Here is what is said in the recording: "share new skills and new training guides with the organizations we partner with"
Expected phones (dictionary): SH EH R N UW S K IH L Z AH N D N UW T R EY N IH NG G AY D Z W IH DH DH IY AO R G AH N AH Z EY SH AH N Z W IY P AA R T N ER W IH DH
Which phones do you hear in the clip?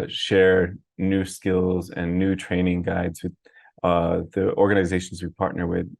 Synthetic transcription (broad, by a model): SH EH R N UW S K IH L Z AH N N UW T R EY N IH NG G AY D Z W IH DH DH IY AO R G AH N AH Z EY SH N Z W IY P AA R T N ER W IH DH